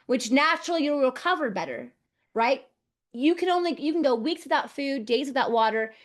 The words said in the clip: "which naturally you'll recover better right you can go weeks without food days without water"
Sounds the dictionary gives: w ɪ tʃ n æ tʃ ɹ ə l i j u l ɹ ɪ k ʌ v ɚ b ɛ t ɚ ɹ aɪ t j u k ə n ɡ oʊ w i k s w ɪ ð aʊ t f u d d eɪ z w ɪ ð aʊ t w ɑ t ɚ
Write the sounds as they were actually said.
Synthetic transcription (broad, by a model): w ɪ tʃ n æ tʃ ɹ l i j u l ɹ ɪ k ʌ v ɚ b ɛ t ɚ ɹ aɪ t j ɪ k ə n ɡ oʊ w i k s w ɪ ð aʊ t f u d d eɪ z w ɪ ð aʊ t w ɑ t ɚ